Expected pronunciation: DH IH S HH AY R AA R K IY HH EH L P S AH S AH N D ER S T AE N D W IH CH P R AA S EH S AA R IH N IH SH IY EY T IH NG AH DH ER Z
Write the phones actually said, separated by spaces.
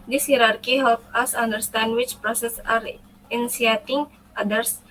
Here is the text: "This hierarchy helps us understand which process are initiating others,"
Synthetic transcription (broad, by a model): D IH S HH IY R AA R K IY HH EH L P AH S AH N D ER S T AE N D W IH CH P R AA S EH S AA R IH N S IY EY T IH NG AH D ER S